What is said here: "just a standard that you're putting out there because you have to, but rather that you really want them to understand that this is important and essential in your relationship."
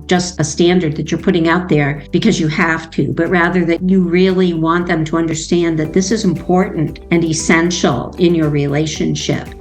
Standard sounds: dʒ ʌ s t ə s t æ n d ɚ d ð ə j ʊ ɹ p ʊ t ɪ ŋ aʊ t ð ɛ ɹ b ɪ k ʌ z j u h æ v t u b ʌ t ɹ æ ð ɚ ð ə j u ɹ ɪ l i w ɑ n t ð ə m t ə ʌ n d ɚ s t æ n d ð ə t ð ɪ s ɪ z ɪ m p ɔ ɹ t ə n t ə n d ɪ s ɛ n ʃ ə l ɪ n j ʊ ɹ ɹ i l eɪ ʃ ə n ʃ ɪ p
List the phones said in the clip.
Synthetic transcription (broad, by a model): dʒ ʌ s t ə s t æ n d ɚ d ð ə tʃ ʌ ɹ p ʊ t ɪ ŋ aʊ t ð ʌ ɹ b ɪ k ʌ z j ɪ h æ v t u b ʌ t ɹ æ ð ɚ ð ə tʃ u ɹ ɪ l i w ɑ n ð ə m t ə ʌ n d ɚ s t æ n ð ə t ð ɪ s ɪ z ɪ m p ɔ ɹ t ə n t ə n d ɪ s ɛ n ʃ l ɪ n j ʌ ɹ ɹ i l eɪ ʃ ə n ʃ ɪ p